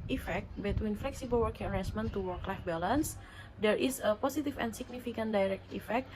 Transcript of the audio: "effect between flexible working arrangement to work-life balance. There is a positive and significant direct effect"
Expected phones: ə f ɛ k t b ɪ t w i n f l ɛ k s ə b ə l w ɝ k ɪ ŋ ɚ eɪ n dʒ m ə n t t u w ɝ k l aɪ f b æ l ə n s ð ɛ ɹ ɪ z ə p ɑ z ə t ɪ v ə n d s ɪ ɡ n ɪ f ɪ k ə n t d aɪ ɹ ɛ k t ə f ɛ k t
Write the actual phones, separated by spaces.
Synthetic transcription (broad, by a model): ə f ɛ k t b ɪ t w i n f l ɛ k s ə b ə l w ɝ k ɪ ŋ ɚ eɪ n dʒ m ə n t t u w ɝ k l aɪ f b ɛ l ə n s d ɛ ɹ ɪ s ə p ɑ s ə t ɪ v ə n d s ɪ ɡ n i f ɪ k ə n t d aɪ ɹ ɛ k t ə f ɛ k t